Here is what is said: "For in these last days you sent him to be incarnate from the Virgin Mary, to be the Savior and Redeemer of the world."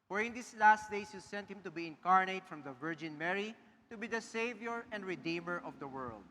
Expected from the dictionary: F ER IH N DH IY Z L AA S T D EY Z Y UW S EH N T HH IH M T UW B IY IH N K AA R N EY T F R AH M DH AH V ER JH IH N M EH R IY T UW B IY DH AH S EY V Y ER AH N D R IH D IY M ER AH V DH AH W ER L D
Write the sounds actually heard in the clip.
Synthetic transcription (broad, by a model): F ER IH N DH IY S L AA S T D EY S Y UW S EH N T HH IH M T UW B IY IH N K AA R N EY T F R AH M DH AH V ER JH IH N M EH R IY T UW B IY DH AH S EY V Y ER AH N D R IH D IY M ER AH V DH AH W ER L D